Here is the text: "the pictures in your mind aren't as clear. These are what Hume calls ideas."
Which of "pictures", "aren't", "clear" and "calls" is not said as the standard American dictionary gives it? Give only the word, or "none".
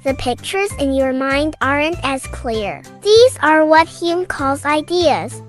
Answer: none